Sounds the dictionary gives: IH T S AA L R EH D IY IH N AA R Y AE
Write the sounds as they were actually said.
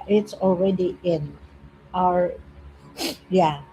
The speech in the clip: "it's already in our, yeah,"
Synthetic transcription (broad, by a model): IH T S AA L R EH D IY IH N AA R Y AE